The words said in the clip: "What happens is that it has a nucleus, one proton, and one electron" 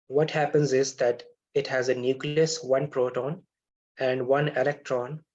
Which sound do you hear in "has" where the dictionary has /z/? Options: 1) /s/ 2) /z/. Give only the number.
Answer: 2